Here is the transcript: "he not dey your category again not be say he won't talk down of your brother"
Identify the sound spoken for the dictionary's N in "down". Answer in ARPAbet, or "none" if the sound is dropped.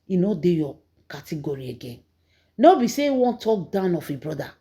N